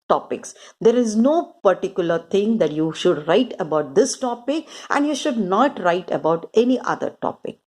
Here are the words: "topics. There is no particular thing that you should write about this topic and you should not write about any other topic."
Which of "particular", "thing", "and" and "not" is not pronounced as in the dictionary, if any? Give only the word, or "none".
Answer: thing